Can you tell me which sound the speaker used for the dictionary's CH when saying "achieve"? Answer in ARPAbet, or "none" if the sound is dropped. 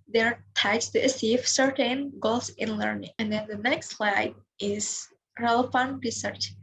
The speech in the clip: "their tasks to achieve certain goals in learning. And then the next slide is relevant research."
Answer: S